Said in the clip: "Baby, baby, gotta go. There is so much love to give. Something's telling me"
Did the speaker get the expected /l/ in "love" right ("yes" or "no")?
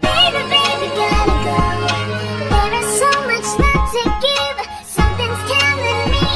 no